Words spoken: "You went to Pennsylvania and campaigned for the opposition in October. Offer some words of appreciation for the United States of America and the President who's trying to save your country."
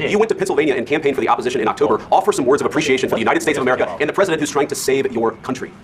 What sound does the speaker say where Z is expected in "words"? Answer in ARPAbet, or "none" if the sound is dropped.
Z